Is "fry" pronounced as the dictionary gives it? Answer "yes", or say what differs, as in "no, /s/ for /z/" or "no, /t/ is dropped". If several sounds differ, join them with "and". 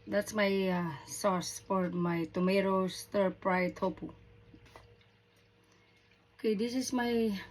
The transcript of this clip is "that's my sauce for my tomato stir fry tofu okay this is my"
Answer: no, /p/ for /f/